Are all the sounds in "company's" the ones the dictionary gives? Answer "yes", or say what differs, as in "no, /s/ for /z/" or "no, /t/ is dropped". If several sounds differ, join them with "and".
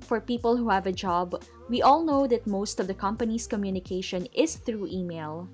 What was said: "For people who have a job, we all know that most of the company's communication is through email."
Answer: no, /s/ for /z/